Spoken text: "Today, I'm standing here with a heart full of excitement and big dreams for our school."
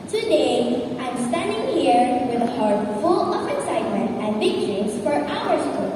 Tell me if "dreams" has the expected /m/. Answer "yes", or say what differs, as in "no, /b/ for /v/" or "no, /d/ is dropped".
no, /m/ is dropped